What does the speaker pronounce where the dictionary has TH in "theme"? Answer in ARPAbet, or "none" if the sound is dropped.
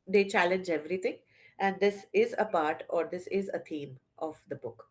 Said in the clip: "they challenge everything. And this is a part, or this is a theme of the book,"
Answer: T